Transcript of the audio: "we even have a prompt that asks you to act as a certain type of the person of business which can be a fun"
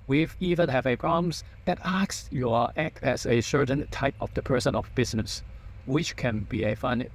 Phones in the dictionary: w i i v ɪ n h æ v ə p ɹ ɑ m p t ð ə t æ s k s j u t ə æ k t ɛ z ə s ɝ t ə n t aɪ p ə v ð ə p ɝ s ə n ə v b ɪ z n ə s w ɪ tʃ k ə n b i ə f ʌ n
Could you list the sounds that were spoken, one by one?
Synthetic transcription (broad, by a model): w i i v ɪ n h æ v ə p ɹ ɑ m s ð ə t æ k s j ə æ k t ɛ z ə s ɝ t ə n t aɪ p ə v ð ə p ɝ s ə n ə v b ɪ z n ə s w ɪ tʃ k ə n b i ə f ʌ n